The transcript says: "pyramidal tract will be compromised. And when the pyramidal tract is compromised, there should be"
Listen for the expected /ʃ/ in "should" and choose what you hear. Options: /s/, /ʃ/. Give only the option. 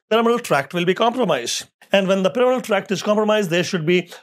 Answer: /ʃ/